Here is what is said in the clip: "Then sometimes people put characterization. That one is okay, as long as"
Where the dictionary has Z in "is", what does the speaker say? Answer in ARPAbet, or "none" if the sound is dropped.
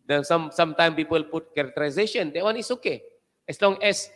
S